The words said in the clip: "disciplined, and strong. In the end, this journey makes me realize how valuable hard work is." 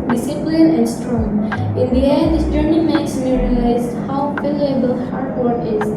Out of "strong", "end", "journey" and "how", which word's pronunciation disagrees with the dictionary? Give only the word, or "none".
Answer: end